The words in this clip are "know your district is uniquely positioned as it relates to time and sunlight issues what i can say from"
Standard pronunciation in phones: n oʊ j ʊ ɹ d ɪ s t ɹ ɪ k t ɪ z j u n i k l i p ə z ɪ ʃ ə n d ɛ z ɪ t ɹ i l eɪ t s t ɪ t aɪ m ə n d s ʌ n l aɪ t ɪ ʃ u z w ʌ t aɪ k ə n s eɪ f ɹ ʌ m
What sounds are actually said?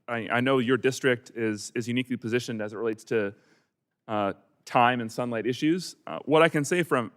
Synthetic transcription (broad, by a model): n oʊ j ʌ ɹ d ɪ s t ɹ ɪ k t ɪ z j u n i k l i p ə z ɪ ʃ ə n d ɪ z ɪ t ɹ i l eɪ t s t ɪ t aɪ m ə n s ʌ n l aɪ t ɪ ʃ u z w ʌ t aɪ k ə n s eɪ f ɹ ʌ m